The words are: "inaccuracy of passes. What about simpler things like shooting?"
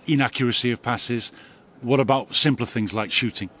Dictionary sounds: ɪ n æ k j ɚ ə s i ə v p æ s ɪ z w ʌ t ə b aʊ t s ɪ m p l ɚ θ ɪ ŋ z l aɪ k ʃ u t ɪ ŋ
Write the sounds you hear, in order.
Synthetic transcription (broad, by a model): ɪ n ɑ k j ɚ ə s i ə v p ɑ s ɪ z w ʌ t ə b aʊ t s ɪ m p l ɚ θ ɪ ŋ z l aɪ k ʃ u t ɪ ŋ